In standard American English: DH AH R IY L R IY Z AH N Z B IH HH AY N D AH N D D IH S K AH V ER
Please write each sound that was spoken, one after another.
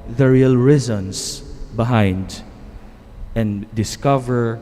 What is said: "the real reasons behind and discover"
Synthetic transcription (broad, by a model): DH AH R IY L R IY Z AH N S B IH HH AY N D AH N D D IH S K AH V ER